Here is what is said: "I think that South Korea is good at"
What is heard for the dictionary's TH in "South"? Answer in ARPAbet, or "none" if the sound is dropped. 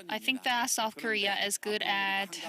TH